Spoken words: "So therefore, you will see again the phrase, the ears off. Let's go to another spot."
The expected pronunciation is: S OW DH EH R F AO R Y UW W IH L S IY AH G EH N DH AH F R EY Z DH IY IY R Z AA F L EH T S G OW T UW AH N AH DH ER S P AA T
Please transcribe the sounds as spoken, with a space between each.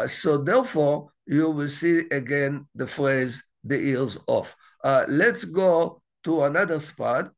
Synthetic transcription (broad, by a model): S OW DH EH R F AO R Y UW W IH L S IY AH G EH N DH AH F R EY Z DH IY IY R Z AA F L EH T S G OW T UW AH N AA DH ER S P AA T